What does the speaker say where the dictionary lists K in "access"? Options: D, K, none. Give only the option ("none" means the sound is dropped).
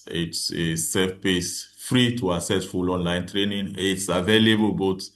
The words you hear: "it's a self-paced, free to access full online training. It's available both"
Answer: none